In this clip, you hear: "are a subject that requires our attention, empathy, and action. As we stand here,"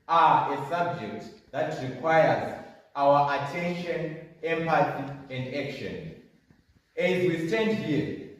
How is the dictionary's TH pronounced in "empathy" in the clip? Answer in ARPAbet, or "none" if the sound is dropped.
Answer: S